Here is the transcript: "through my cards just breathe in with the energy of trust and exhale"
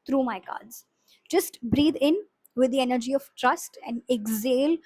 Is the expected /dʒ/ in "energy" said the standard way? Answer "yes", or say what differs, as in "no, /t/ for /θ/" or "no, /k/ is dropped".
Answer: yes